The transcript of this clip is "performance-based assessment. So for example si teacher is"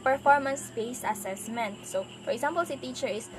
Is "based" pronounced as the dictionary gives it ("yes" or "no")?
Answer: no